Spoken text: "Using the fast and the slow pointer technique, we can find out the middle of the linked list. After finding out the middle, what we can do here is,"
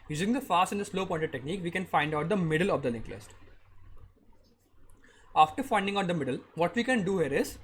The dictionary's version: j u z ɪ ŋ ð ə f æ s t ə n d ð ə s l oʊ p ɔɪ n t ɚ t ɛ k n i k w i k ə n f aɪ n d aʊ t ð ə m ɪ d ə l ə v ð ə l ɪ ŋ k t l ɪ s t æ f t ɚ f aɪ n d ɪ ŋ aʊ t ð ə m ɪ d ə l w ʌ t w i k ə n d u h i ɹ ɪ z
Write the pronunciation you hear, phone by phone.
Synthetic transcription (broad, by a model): j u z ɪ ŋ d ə f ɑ s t ə n d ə s l oʊ p ɔɪ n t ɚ t ɛ k n i k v i k ə n f aɪ n d aʊ t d ə m ɪ d ə l ə v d ə l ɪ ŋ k l ɪ s t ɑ f t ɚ f aɪ n d ɪ ŋ aʊ t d ə m ɪ d ə l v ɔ t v i k ə n d u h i ɹ ɪ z